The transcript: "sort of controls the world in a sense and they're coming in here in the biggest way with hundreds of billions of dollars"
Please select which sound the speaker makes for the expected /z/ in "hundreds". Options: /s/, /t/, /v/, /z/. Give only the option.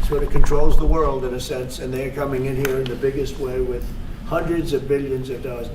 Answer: /z/